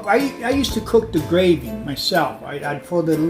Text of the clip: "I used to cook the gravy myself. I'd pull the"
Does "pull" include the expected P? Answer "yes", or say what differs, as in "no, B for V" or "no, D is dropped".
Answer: no, F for P